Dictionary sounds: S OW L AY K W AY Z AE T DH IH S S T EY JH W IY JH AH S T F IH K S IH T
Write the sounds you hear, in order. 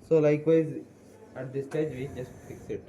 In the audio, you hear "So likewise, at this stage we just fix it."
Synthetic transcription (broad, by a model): S OW L AY K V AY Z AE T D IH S S T EY JH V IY JH AH S T F IH K S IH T